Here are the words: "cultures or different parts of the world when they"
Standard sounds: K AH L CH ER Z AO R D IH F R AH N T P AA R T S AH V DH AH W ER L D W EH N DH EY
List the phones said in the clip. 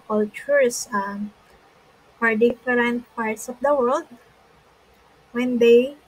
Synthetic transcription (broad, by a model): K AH L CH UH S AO R D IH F R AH N T P AA R T S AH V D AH W ER L D W EH N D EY